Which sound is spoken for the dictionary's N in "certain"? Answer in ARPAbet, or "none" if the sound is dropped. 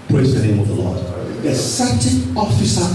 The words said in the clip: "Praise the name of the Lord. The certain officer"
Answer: none